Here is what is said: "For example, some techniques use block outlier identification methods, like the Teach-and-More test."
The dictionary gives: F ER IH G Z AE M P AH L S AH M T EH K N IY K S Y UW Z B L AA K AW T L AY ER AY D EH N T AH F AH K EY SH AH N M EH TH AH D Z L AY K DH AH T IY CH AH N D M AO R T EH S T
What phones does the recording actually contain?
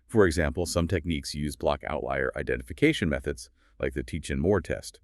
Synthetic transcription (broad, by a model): F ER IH G Z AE M P L S AH M T EH K N IY K S Y UW Z B L AA K AW T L AY ER AY D EH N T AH F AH K EY SH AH N M EH TH AH D Z L AY K DH AH T IY CH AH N M AO R T EH S T